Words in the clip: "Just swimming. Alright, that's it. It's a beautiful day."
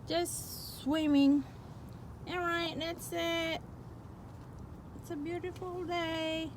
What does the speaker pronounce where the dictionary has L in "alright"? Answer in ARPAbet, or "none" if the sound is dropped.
none